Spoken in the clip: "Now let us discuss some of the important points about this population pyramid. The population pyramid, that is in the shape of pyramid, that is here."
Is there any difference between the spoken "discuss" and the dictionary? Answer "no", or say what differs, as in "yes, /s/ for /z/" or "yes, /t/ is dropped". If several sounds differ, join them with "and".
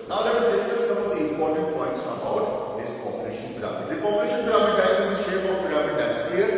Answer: yes, /k/ is dropped